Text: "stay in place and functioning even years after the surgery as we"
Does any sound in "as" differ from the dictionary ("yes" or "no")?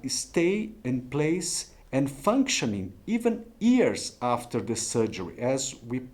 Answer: no